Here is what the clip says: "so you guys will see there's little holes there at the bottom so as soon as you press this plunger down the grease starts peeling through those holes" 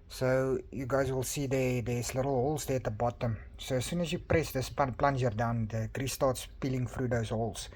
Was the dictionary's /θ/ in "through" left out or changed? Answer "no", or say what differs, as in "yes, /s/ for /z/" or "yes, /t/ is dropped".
yes, /f/ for /θ/